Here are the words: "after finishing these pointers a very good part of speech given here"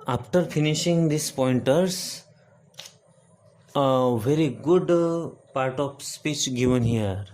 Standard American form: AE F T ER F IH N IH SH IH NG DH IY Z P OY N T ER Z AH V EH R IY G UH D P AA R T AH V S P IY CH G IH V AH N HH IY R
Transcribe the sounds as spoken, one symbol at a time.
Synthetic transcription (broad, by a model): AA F T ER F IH N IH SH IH NG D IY S P OY N T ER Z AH V EH R IY G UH D P AA R T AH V S P IY CH G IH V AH N HH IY R